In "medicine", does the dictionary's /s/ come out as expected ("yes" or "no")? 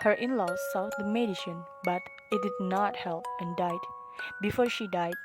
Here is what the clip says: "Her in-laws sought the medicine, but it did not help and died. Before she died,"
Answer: no